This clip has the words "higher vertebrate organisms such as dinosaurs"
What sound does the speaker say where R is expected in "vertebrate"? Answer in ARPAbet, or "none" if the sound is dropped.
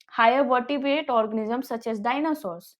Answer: none